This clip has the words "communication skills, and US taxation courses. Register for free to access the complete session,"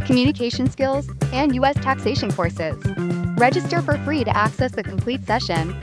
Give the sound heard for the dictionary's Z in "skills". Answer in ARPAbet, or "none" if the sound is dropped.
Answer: Z